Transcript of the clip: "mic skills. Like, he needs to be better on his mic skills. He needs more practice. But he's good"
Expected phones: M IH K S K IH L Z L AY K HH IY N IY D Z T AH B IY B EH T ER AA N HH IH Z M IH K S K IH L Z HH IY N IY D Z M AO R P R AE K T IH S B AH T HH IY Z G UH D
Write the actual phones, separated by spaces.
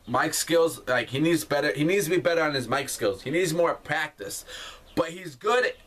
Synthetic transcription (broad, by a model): M IH K S K IH L Z L AY K HH IY N IY D Z T AH B IY B EH T ER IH N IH Z M IH K S K IH L Z HH IY N IY D Z M AO R P R AE K T IH S B AH T HH IY Z G UH D